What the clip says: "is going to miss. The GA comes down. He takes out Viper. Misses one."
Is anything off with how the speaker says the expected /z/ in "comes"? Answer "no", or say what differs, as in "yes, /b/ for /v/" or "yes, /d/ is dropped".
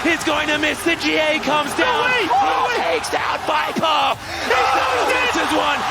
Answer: no